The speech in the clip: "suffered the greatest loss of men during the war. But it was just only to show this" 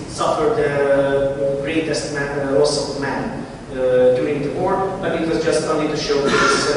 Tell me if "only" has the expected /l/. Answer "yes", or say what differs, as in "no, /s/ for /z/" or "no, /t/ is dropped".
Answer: no, /l/ is dropped